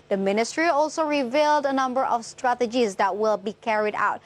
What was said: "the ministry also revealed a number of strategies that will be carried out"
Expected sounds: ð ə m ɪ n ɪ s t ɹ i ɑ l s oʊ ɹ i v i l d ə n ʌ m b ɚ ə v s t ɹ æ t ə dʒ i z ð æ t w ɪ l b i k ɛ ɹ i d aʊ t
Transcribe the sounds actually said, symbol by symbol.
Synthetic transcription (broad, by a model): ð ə m ɪ n ɪ s t ɹ i ɑ l s oʊ ɹ i v i l d ə n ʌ m b ɚ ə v s t ɹ æ t ə dʒ i z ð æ t w ɪ l b i k ɛ ɹ i d aʊ t